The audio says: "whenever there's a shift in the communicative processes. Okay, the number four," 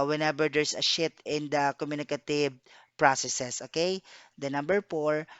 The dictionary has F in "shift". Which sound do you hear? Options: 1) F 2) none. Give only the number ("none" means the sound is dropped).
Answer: 2